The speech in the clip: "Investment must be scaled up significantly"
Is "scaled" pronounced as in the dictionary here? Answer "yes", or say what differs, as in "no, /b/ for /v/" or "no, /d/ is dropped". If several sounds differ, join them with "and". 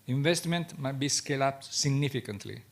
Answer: no, /d/ is dropped